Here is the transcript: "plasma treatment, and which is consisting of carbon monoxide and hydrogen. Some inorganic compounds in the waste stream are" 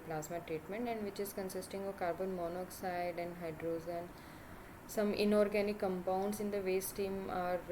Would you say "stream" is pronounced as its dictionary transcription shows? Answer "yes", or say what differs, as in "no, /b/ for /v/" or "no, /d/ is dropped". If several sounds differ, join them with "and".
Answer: no, /ɹ/ is dropped